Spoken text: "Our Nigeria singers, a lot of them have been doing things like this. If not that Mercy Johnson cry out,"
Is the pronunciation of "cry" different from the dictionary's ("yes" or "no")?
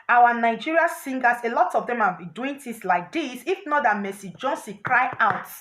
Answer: no